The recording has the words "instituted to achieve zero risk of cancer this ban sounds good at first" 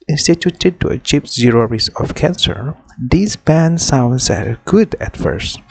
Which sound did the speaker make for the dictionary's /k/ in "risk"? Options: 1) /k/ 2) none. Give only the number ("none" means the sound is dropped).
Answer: 2